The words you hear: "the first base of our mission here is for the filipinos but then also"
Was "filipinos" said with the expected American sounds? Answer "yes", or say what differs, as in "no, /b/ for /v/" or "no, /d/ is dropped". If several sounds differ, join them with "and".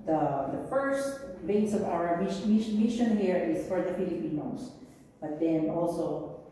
no, /p/ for /f/